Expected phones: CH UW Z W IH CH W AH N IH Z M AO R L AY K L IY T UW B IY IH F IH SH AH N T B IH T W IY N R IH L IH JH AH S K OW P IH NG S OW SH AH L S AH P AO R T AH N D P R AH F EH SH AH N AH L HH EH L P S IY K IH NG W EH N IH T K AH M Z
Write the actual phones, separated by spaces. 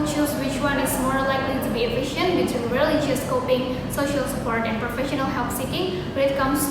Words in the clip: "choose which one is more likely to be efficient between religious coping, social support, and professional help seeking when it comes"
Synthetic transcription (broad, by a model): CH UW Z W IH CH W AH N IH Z M AO R L AY K L IY T UW B IY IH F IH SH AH N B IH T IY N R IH L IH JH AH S K OW P IH NG S OW SH AH L S AH P AO R T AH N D P R AH F EH SH AH N AH L HH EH L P S IY K IH NG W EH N IH T K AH M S